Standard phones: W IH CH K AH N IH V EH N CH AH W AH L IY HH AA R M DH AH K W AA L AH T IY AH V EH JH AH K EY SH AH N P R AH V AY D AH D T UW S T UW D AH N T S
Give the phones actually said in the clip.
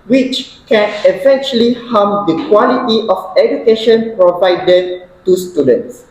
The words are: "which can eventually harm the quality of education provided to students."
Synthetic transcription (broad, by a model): W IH CH K AH N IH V EH N CH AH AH L IY HH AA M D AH K W AA L AH T IY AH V EH JH AH K EY SH AH N P R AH V AY D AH T UW S T UW D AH N T S